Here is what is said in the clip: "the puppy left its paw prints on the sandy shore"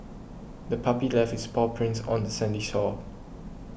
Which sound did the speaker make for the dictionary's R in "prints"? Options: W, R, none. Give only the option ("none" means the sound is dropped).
R